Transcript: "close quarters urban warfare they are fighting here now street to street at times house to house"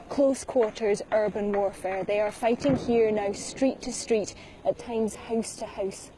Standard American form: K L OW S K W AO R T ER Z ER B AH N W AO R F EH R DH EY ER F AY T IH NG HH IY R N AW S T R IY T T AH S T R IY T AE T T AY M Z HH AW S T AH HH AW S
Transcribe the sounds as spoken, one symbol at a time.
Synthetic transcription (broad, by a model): K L OW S K W AO R T ER Z ER B AH N W AO R F EH R DH EY ER F AY T IH NG HH IY R N AW S T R IY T T AH S T R IY T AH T T AY M Z HH AW S T AH HH AW S